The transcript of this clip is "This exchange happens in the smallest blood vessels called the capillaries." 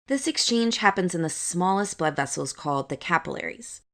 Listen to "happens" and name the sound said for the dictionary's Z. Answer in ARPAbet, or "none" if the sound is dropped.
Z